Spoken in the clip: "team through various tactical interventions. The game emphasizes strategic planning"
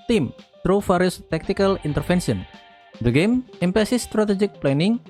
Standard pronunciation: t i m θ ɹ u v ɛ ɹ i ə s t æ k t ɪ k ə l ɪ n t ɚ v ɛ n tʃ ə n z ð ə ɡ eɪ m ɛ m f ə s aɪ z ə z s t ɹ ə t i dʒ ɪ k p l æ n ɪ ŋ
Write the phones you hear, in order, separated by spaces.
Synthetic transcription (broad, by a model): t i m t ɹ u f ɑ ɹ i s t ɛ k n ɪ k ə l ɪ n t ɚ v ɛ n ʃ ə n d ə ɡ eɪ m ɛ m p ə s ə s t ɹ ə t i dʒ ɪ k p l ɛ n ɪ ŋ